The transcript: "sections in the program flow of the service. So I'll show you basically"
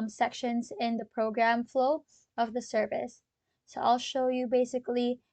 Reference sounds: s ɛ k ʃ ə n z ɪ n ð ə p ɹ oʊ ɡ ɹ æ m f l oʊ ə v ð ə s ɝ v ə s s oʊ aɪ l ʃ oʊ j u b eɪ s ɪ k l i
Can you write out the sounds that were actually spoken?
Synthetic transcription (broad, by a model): s ɛ k ʃ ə n z ɪ n ð ə p ɹ oʊ ɡ ɹ æ m f l oʊ ə v ð ə s ɝ v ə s s oʊ aɪ l ʃ oʊ j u b eɪ s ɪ k l i